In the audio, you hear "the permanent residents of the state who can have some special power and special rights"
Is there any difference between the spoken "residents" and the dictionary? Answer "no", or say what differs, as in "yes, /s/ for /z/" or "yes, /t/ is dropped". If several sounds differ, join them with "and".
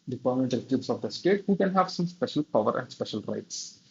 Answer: yes, /n/ is dropped